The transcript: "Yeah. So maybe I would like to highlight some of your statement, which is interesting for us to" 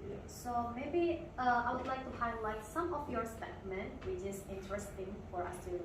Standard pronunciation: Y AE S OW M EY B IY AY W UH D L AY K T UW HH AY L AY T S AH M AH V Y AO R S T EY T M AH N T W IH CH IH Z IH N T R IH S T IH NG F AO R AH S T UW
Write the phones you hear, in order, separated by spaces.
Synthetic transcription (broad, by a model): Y S OW M EY B IY AY W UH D L AY K T UW HH AY L AY T S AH M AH F Y AO R S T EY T M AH N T W IH CH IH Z IH N T R IH S T IH NG F AO R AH S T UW